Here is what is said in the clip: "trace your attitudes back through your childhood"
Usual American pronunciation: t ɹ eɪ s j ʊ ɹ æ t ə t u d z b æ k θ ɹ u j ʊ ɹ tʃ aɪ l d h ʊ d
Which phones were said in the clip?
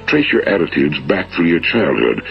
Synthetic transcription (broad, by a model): t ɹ eɪ s j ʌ ɹ æ t ə t u d z b æ k θ ɹ u j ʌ ɹ tʃ aɪ l d h ʊ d